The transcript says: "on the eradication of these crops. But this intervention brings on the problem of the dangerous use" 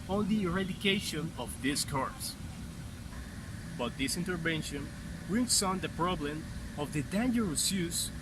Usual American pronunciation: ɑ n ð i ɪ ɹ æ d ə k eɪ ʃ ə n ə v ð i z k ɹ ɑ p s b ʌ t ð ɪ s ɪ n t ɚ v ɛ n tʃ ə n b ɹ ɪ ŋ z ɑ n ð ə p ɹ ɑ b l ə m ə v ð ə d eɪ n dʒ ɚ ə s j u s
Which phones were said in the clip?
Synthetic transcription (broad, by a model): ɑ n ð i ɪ ɹ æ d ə k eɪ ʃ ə n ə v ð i s k ɑ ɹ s b ʌ t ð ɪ s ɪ n t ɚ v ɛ n ʃ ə n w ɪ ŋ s ɑ n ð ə p ɹ ɑ b l ə m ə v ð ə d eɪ n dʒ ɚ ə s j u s